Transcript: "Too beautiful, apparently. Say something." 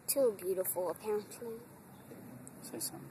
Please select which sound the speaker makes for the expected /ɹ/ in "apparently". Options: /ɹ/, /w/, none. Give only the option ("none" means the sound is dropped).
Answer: none